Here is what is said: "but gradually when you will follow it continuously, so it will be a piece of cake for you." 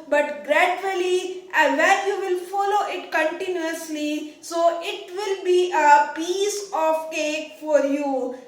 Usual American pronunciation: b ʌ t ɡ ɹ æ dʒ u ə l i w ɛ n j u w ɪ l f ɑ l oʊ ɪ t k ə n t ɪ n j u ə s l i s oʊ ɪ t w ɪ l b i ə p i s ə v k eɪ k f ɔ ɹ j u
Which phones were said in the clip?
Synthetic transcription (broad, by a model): b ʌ t ɡ ɹ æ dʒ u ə l i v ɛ l j u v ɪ l f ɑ l oʊ ɪ t k ə n t ɪ n j u ə s l i s oʊ ɪ t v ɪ l b i ə p i s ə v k eɪ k f ɔ ɹ j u